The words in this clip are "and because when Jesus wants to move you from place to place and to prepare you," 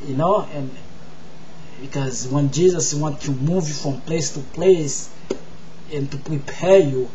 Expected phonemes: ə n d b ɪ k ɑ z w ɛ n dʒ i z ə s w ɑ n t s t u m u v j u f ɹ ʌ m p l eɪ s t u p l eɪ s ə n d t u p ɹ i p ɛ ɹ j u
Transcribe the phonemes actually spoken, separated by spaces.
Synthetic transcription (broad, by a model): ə n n b ɪ k ɑ z w ɛ n dʒ i z ə s w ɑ n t t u m u v j u f ɹ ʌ m p l eɪ s t u p l eɪ s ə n t u p ɹ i p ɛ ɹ j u